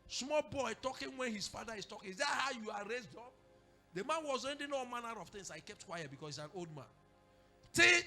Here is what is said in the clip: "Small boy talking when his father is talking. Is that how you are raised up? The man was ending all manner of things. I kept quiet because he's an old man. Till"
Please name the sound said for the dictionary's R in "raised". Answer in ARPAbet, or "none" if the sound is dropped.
R